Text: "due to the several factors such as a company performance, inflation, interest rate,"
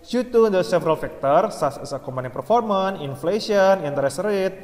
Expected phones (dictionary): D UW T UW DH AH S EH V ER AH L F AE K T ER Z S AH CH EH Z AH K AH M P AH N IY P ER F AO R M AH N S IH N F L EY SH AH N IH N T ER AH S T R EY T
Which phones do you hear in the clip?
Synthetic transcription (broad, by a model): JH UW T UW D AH S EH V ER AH L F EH K T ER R S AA S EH S AH K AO M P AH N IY P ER F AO R M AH N IH N F L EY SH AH N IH N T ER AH S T R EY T